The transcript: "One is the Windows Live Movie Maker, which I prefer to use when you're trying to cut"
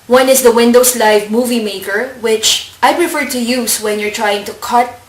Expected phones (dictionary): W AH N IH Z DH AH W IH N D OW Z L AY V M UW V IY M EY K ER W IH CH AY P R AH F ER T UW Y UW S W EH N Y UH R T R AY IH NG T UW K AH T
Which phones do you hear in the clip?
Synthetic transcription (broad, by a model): W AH N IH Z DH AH W IH N D OW S L AY V M UW V IY M EY K ER W IH CH AY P R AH F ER T UW Y UW S W EH N Y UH R T R AY IH NG T UW K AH T